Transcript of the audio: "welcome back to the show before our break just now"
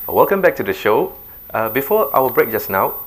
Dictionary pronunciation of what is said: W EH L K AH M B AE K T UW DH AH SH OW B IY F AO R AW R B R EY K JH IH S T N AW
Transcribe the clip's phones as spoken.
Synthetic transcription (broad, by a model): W EH L K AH M B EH K T UW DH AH SH OW B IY F AO AW W B R EY K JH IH S N AW